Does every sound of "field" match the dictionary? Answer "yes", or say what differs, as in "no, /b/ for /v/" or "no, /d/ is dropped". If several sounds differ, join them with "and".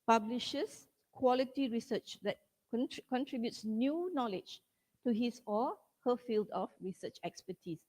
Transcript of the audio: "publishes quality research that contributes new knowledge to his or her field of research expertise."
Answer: yes